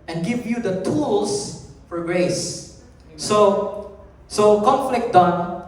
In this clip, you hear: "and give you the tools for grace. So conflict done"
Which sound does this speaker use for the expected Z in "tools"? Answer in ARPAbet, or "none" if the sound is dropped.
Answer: S